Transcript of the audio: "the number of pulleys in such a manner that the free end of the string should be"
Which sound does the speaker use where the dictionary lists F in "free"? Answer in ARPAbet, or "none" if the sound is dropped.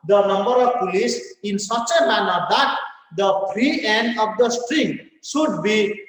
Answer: P